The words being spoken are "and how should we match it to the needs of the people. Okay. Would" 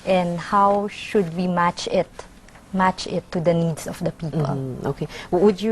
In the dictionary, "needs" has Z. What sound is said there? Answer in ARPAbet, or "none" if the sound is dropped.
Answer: S